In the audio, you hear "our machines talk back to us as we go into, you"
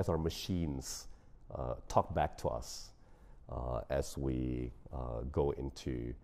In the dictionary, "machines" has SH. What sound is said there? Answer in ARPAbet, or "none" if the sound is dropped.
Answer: SH